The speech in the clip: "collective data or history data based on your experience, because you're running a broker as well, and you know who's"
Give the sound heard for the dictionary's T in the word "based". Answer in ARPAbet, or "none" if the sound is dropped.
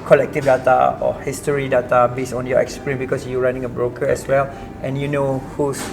none